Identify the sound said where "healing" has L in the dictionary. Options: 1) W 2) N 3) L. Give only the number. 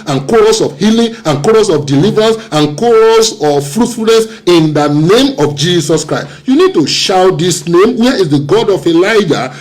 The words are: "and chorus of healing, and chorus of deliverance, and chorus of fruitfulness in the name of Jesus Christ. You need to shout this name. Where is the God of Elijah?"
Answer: 3